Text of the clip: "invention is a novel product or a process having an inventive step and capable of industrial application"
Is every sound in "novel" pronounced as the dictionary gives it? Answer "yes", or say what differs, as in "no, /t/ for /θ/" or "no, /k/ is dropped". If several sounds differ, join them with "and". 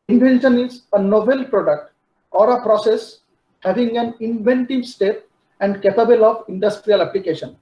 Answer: no, /b/ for /v/